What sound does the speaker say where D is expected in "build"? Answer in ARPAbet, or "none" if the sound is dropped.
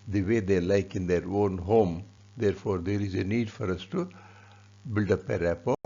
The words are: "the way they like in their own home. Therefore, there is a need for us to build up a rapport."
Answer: D